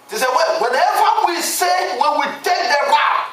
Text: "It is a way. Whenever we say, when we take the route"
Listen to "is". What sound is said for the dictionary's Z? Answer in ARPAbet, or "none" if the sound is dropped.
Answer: S